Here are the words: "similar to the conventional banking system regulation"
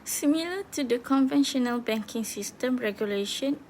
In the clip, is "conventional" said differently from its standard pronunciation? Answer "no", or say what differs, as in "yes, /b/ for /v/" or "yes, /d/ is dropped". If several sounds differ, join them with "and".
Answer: no